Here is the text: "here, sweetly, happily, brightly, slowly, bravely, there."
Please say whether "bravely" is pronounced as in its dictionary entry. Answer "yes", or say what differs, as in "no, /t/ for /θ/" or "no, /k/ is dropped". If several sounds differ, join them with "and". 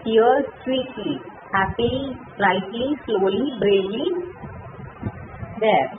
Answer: no, /v/ is dropped